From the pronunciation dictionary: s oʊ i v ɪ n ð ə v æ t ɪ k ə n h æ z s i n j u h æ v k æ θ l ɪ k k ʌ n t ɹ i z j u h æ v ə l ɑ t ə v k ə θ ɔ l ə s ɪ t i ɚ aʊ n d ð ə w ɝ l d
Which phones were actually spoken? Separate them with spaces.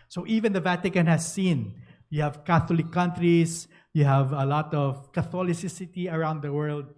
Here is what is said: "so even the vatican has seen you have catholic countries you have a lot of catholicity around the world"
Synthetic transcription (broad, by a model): s oʊ i v ɪ n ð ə v æ t ɪ k ə n h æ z s i n j u h æ v k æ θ l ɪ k k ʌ n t ɹ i s j u h æ v ə l ɑ t ə v k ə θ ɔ l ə s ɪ t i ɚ aʊ n d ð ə w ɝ l d